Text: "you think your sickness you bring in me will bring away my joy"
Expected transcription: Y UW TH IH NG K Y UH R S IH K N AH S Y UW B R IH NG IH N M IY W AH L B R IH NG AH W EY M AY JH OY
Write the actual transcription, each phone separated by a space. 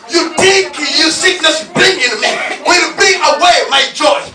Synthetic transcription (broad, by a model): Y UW T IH K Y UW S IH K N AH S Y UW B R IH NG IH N M IY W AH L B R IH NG AH W EY M AY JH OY